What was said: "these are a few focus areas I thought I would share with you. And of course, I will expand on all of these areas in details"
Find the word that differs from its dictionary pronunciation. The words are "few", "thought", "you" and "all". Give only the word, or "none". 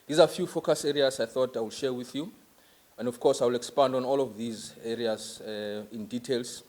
none